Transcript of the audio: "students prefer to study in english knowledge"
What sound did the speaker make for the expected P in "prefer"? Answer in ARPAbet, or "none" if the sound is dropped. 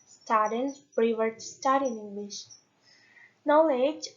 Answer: B